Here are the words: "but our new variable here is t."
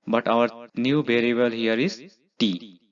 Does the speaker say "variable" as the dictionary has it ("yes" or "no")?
no